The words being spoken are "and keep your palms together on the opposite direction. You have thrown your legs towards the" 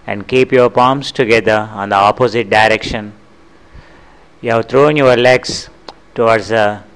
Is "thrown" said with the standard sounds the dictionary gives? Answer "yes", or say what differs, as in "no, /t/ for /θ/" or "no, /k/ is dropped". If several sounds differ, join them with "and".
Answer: no, /t/ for /θ/